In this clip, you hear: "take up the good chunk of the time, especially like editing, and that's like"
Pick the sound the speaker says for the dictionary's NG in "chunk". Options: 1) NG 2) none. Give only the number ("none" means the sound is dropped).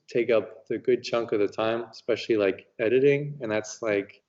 1